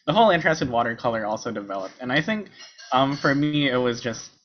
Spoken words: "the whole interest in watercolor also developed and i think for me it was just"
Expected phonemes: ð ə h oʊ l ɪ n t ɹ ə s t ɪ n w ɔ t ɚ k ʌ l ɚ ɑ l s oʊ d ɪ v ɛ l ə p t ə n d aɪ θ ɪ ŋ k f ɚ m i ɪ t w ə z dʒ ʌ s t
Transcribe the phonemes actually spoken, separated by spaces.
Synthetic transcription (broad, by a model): ð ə h oʊ l ɪ n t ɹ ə s t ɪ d w ɔ t ɚ k ʌ l ɚ ɑ l s oʊ d ɪ v ɛ l ə p t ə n aɪ θ ɪ ŋ k f ɚ m i ɪ t w ə z dʒ ʌ s t